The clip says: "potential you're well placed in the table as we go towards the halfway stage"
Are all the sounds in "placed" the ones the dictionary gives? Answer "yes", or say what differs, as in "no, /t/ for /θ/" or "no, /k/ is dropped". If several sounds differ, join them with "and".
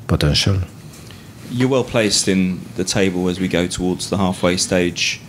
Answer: yes